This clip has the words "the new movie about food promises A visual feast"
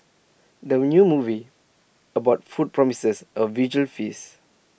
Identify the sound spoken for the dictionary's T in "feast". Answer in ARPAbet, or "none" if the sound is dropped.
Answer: none